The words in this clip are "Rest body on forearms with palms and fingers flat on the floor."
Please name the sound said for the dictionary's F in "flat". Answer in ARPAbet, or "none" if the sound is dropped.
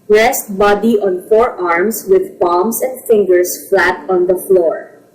F